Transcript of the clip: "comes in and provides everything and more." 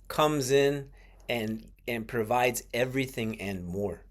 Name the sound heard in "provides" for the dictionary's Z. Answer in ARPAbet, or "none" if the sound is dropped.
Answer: Z